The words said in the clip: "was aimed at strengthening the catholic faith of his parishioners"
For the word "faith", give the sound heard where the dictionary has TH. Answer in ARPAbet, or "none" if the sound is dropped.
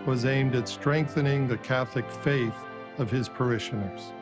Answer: TH